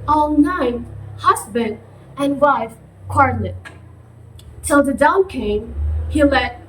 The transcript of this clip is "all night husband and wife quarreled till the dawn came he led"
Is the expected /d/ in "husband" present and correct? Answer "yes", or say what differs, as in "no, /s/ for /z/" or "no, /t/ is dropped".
yes